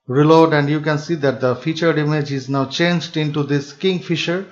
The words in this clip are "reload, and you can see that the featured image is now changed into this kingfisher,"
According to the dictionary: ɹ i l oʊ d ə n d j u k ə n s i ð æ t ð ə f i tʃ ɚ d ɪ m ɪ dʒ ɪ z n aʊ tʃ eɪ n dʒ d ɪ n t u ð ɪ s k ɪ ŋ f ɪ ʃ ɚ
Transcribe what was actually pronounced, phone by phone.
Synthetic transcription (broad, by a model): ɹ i l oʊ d ə n d j u k ə n s i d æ t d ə f i tʃ ɚ d ɪ m ɪ dʒ ɪ z n aʊ tʃ eɪ n dʒ d ɪ n t u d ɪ s k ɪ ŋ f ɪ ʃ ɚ